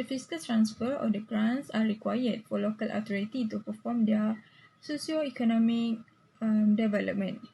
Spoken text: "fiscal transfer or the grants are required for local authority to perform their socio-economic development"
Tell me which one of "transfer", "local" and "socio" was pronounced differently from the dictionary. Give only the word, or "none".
none